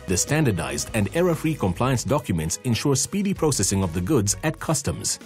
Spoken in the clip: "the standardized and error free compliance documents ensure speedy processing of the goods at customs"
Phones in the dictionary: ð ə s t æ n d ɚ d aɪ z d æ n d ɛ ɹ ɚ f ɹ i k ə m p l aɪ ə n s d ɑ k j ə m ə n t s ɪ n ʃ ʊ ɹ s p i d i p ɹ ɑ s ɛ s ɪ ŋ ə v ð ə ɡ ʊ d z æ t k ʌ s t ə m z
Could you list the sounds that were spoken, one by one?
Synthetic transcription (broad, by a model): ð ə s t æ n d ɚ d aɪ z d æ n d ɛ ɹ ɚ f ɹ i k ə m p l aɪ ə n s d ɑ k j ə m ə n t s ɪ n ʃ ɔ ɹ s p i d i p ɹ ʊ s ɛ s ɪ ŋ ə v ð ə ɡ ʊ d z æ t k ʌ s t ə m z